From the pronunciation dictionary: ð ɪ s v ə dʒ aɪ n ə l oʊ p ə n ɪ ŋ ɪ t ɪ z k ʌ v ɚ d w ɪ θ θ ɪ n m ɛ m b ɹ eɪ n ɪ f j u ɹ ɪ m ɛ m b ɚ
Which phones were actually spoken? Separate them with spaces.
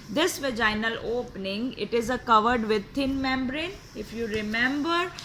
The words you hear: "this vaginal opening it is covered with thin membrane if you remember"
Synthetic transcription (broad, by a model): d ɪ s v ə dʒ aɪ n ə l oʊ p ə n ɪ ŋ ɪ t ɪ z k ʌ v ɚ d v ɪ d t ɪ n m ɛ m b ɹ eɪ n ɪ f j u ɹ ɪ m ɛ m b ɚ